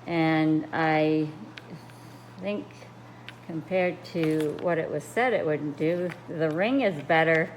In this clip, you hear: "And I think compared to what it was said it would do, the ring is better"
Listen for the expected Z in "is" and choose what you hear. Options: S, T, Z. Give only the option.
Z